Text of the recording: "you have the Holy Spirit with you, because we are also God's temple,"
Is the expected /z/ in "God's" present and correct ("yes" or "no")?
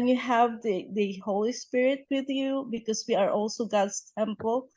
no